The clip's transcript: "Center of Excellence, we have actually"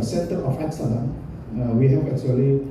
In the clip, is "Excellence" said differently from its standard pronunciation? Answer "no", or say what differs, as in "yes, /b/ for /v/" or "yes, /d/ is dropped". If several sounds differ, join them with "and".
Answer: yes, /l/ is dropped